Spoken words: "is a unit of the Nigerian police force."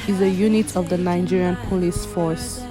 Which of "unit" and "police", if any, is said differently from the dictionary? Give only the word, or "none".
none